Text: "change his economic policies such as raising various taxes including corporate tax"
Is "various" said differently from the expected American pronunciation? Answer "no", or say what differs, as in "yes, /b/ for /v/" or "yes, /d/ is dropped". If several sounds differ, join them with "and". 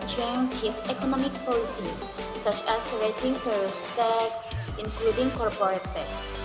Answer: yes, /f/ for /v/